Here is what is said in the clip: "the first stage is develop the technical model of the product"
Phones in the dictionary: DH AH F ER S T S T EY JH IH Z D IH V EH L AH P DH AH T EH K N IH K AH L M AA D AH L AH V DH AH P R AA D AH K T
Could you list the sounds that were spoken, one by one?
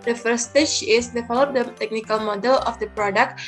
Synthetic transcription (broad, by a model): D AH F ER T S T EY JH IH S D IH F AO L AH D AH T EH K N IH K AH L M AA D AH L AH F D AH P R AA D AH K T